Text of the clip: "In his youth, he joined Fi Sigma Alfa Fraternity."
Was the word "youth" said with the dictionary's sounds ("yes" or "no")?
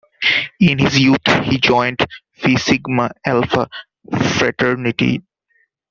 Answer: no